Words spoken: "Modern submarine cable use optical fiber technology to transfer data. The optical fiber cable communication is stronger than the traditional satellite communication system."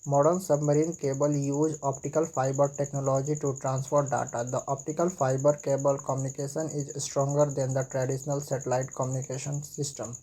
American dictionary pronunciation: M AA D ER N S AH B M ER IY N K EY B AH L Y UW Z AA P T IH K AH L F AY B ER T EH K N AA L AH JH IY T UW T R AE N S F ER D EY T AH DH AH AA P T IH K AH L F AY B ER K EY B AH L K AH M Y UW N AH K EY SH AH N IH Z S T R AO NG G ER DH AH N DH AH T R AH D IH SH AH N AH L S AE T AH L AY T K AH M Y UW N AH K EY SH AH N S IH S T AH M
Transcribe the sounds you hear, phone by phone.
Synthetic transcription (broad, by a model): M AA D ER N S AH B M ER IY N K EY B AH L Y UW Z AA P T IH K AH L F AY B ER T EH K N AA L AH JH IY T UW T R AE N S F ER D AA T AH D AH AA P T IH K AH L F AY B ER K EY B AH L K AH M Y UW N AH K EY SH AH N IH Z S T R AO NG G ER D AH N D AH T R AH D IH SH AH N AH L S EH T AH L AY T K AH M Y UW N AH K EY SH AH N S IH S T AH M